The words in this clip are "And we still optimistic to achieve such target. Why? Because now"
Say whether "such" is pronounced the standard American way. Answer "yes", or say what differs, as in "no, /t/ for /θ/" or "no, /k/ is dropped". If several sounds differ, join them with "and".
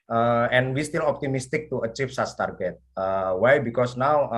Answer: no, /s/ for /tʃ/